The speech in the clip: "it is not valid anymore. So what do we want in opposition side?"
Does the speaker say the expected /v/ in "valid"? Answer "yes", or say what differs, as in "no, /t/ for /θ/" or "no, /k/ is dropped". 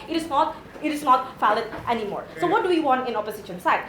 no, /f/ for /v/